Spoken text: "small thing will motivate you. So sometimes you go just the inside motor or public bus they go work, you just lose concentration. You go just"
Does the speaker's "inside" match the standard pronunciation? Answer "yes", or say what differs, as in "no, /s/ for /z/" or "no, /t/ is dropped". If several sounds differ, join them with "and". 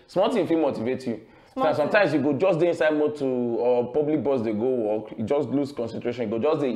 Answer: yes